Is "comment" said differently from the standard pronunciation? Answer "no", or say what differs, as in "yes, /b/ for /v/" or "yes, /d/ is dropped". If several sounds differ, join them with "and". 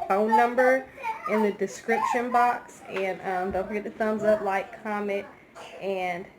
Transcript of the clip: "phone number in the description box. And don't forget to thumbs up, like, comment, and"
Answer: yes, /n/ is dropped